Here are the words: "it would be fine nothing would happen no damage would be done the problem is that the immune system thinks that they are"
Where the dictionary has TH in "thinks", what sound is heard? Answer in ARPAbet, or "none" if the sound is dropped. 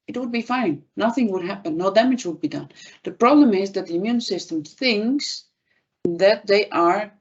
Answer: TH